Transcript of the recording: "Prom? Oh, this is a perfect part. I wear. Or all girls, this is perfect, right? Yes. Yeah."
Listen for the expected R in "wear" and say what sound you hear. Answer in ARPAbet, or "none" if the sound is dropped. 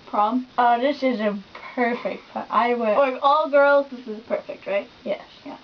L